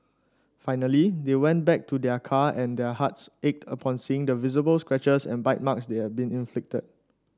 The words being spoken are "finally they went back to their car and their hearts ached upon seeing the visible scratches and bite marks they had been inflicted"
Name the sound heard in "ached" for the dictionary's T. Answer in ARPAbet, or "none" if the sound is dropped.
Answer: T